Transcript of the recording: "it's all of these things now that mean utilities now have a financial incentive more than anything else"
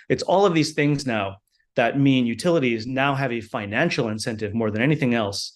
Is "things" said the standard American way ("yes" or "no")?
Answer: yes